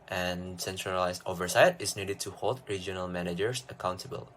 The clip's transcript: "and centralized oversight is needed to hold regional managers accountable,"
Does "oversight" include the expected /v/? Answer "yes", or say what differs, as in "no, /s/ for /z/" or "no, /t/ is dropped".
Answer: yes